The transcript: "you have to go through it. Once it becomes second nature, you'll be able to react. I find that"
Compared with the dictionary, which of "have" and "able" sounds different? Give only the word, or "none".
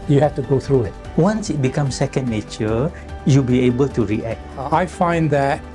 have